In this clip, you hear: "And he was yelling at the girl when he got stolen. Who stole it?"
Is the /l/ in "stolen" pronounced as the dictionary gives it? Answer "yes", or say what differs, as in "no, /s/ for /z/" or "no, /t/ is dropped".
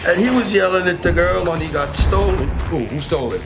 no, /l/ is dropped